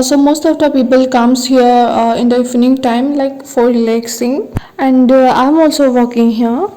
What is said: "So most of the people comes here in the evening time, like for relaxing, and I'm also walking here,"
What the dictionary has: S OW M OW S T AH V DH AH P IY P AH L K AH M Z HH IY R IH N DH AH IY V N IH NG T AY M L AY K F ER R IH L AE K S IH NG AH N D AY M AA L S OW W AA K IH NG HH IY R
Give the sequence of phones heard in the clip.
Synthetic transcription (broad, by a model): S OW M OW S T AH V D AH P IY P AH L K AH M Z HH IY R IH N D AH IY F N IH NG T AY M L AY K F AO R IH L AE K S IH NG AH N D AY M AA L S OW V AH K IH NG HH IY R